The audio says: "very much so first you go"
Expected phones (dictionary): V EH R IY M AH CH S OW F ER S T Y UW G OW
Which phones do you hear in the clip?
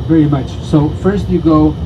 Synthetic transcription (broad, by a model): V EH R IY M AH CH S OW F ER S T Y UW G OW